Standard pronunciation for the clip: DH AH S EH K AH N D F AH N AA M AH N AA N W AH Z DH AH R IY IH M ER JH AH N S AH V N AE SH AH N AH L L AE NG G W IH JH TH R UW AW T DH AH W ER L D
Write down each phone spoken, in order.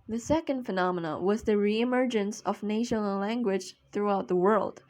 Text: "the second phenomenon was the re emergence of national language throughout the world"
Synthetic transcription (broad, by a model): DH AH S EH K AH N D F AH N AA M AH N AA W AH Z DH AH R IY IH M ER JH AH N S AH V N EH AH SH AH N L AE NG G W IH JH TH R UW AW T DH AH W ER L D